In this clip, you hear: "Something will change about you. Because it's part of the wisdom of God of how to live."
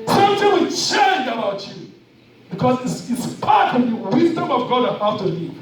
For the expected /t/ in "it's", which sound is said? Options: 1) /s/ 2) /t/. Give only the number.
1